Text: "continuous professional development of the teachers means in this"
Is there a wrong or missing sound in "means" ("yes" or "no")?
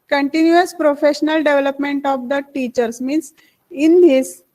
yes